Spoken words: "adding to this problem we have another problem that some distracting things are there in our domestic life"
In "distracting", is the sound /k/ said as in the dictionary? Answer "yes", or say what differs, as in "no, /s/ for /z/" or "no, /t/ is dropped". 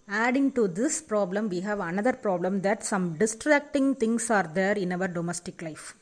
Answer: yes